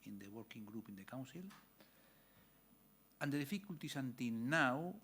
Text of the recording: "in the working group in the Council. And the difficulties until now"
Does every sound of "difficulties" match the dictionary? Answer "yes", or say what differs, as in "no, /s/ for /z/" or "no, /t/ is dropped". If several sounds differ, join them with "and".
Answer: no, /s/ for /z/